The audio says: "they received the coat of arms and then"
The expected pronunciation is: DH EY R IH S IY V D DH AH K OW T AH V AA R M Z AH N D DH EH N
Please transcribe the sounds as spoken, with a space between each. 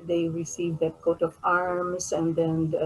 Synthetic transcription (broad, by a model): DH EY R IH S IY V D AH K OW T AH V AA R M S AH N D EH N